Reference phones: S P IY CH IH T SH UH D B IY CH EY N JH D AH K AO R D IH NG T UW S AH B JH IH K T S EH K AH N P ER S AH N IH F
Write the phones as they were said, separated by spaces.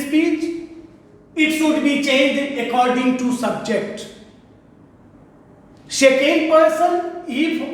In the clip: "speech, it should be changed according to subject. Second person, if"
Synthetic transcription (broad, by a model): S P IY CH IH T SH UH D B IY CH EY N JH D AH K AO R D IH NG T UW S AH B JH IH K T SH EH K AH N P ER S AH N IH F